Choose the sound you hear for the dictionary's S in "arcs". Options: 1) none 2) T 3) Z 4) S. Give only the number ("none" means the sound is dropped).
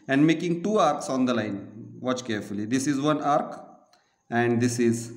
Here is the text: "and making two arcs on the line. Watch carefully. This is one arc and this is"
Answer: 4